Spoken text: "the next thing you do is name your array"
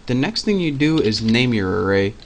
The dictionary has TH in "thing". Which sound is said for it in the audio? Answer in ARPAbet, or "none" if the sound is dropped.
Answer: TH